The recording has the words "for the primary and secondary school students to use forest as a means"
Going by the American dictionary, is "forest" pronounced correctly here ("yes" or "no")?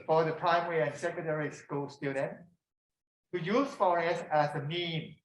no